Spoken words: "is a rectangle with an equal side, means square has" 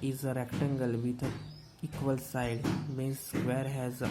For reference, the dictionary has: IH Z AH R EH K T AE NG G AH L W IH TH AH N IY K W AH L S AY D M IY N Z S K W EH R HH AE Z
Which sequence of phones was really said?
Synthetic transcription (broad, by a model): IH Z AH R EH K T AE NG G AH L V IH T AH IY K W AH L S AY D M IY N S K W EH R HH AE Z